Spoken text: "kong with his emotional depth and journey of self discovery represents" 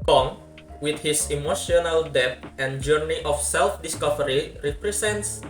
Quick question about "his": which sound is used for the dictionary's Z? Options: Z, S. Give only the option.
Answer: S